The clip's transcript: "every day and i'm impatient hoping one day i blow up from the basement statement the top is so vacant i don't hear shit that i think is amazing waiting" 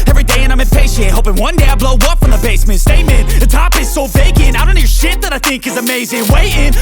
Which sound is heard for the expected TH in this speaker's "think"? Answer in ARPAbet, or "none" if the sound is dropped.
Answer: TH